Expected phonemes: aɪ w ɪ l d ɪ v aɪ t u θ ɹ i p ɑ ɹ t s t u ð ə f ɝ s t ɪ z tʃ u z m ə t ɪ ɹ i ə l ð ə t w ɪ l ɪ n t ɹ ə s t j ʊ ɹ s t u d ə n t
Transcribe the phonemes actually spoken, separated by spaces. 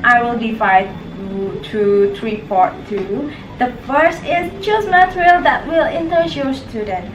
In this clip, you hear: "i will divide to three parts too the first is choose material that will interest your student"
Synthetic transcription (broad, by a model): aɪ w ɪ l d ɪ v aɪ t u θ ɹ i p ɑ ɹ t t u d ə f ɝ s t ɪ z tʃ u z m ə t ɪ ɹ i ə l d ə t w ɪ l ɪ n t ə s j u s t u d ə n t